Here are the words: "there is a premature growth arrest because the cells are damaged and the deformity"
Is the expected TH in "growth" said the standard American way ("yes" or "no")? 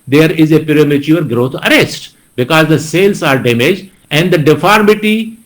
no